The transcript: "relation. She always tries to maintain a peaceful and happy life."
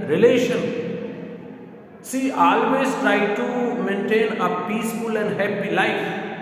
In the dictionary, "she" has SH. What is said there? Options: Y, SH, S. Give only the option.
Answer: S